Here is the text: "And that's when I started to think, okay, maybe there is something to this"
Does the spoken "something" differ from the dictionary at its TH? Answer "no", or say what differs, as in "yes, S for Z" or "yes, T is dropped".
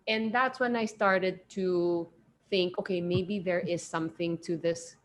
no